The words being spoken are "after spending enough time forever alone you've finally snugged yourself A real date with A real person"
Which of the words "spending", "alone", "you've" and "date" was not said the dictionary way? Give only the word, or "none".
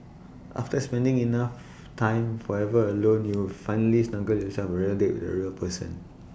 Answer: you've